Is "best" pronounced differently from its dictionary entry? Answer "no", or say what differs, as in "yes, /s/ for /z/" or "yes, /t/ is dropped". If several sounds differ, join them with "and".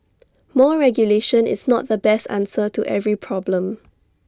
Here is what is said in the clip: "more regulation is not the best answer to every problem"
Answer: no